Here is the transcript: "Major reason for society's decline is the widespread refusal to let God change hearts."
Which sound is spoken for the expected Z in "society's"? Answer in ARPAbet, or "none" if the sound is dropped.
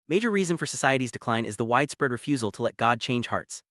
Z